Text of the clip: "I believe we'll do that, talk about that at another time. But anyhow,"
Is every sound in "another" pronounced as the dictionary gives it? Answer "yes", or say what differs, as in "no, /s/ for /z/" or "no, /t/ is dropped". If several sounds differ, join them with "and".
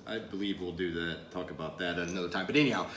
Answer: no, /ð/ is dropped